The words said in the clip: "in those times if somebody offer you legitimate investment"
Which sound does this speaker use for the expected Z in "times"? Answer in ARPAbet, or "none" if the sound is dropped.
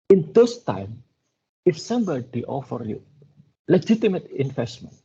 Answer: none